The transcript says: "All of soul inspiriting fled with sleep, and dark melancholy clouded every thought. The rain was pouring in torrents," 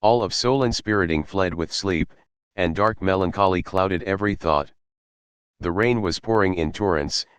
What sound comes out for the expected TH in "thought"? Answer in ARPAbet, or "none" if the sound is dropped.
TH